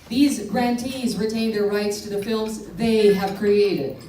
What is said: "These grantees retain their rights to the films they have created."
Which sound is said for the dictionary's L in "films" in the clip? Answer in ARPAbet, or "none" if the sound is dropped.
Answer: L